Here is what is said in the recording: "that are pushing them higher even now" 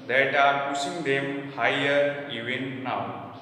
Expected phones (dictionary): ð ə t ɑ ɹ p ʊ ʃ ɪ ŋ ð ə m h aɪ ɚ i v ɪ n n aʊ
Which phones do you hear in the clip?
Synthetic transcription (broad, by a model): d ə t ɑ ɹ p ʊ s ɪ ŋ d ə m h aɪ ɚ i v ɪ n n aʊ